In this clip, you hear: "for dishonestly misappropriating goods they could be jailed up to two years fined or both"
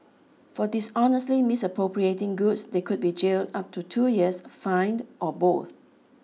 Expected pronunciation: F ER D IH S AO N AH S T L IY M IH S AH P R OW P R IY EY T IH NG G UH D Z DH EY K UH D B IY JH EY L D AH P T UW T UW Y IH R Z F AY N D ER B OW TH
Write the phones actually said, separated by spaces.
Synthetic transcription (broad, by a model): F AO D IH S AO N AH S T L IY M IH S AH P R OW P R IY EY T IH NG G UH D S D EY K UH D B IY JH EY L D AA P T UW T UW Y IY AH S F AY N D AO B OW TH